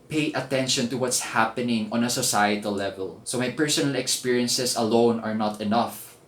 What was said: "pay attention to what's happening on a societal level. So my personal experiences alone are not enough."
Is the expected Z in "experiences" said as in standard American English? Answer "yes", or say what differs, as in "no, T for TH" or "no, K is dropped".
no, S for Z